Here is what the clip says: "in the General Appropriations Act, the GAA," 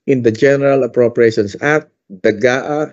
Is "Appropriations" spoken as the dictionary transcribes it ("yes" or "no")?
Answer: no